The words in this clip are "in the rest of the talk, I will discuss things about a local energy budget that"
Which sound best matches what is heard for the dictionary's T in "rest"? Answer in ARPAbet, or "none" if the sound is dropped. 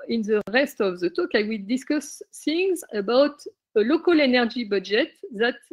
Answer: T